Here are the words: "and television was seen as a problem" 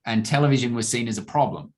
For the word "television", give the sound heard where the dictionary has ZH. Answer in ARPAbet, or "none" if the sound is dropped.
ZH